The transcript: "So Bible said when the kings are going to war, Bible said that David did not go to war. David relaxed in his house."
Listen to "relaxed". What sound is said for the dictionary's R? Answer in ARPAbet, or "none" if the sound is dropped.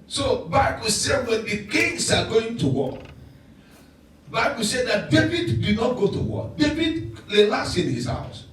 L